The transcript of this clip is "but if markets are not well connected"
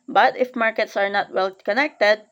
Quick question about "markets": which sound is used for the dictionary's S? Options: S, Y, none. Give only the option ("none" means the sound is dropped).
S